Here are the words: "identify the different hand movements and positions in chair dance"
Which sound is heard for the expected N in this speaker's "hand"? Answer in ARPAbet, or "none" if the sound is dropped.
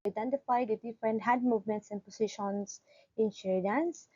none